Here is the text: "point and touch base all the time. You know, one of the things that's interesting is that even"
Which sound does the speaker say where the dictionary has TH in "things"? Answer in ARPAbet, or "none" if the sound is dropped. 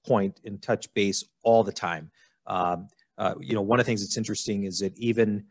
TH